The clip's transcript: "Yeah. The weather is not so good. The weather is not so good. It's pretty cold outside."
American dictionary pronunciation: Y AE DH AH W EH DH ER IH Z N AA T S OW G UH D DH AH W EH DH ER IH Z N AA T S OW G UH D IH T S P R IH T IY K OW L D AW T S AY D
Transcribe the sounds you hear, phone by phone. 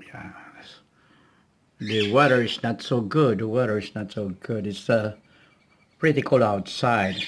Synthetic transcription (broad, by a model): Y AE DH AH W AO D ER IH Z N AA T S OW G UH D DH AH W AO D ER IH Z N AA T S OW G UH D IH T S P R IH T IY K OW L AW T S AY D